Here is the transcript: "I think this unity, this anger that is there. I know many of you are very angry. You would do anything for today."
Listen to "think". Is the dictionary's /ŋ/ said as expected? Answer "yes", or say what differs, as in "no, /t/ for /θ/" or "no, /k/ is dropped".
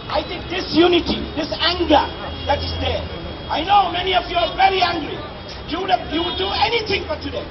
no, /ŋ/ is dropped